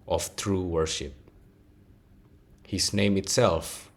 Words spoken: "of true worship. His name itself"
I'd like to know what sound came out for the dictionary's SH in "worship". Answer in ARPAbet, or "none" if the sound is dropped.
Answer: SH